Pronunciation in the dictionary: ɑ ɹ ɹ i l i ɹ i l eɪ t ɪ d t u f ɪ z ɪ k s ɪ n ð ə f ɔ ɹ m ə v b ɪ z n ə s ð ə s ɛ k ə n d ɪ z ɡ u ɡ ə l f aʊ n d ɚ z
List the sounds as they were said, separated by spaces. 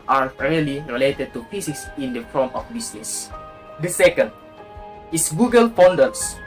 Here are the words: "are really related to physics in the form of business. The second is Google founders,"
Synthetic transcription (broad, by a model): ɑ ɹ ɹ i l i ɹ i l eɪ t ɪ d t u p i s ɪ s ɪ n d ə f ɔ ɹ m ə f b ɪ s n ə s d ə s ɛ k ə n d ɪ s ɡ u ɡ ə l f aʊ n d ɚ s